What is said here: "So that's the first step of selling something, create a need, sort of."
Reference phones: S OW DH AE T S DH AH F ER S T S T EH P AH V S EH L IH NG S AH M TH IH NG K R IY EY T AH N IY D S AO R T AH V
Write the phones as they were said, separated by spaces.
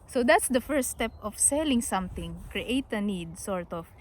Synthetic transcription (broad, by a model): S OW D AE T S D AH F ER S T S T EH P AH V S EH L IH NG S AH M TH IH NG K R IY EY T AH N IY D S AO R T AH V